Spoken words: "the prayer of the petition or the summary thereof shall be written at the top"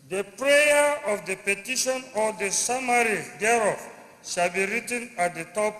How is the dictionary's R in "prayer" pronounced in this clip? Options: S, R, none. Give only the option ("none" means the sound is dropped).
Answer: R